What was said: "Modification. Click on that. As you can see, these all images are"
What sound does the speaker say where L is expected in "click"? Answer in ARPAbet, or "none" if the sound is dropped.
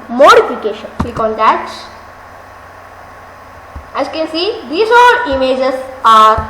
none